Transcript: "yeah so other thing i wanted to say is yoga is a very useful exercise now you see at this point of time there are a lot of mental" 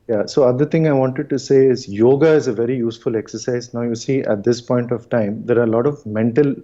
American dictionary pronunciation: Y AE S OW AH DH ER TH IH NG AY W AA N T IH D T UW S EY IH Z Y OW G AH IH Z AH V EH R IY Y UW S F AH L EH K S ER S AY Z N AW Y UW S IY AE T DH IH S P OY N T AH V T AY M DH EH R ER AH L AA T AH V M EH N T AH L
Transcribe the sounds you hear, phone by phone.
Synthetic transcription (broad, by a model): Y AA S OW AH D ER T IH NG AY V AA N T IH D T UW S EY IH Z Y OW G AH IH Z AH V EH R IY Y UW S F AH L EH K S ER S AY Z N AW Y UW S IY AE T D IH S P OY N T AH V T AY M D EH R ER AH L AA T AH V M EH N T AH L